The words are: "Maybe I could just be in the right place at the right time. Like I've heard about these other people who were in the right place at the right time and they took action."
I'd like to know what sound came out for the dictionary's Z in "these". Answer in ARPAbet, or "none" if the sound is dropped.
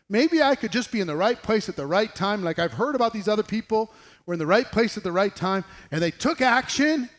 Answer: Z